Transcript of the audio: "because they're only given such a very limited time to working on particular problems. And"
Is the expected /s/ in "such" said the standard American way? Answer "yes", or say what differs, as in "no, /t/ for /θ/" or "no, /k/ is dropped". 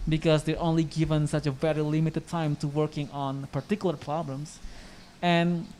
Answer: yes